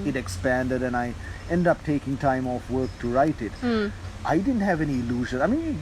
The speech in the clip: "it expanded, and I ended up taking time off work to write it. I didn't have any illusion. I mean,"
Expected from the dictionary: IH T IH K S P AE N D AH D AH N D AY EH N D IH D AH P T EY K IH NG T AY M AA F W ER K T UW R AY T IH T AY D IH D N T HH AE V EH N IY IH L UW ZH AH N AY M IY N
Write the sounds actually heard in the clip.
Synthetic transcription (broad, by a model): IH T IH K S P AE N D AH D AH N AY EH N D D AH P T EY K IH NG T AY M AA F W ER K T UW R AY T IH T AY D IH D N T HH AE V EH N IY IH L UW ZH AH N AY M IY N